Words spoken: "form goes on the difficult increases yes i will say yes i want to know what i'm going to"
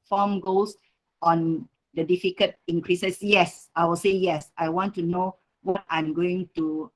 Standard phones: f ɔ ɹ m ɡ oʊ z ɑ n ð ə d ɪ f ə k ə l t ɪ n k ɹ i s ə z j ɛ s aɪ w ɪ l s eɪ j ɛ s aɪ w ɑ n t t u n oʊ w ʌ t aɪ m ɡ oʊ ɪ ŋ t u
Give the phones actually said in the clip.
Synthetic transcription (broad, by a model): f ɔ m ɡ oʊ s ɑ n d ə d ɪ f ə k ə t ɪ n k ɹ i s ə s j ɛ s aɪ w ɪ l s eɪ j ɛ s aɪ w ɑ n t t u n oʊ w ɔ t aɪ m ɡ oʊ ɪ ŋ t u